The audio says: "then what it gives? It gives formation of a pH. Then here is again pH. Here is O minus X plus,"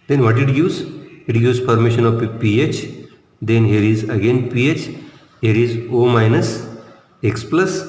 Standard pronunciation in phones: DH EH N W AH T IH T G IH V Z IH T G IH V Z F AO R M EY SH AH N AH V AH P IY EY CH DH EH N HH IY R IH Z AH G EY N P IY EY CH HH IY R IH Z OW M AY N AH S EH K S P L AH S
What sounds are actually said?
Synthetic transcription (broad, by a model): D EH N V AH T IH T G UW Z IH T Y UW Z P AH R M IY SH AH N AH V P IY EY CH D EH N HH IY R IH Z AH G EY N P IY EY CH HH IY R IH Z OW M AY N AH S EH K S P L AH S